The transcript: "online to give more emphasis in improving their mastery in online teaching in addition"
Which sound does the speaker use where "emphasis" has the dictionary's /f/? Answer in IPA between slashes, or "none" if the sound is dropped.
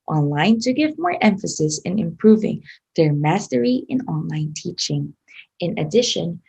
/f/